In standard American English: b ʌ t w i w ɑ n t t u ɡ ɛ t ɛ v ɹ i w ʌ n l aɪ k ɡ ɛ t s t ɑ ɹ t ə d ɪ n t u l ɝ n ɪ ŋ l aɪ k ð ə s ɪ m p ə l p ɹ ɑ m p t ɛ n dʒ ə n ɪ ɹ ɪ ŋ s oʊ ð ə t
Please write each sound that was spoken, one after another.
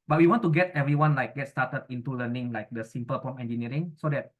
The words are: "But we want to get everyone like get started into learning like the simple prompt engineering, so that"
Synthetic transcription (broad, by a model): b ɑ t w i w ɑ n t t u ɡ ɛ t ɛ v ɹ i w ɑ n l aɪ k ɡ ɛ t s t ɑ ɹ t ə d ɪ n t u l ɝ n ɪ ŋ l aɪ k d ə s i m p ə l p ɑ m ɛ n dʒ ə n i ɹ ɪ ŋ s oʊ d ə t